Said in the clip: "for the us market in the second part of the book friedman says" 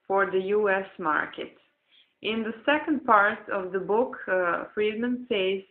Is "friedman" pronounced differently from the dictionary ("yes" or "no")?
no